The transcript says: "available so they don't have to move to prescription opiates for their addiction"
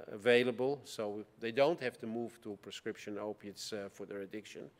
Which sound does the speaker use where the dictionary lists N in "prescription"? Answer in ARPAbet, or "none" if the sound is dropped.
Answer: N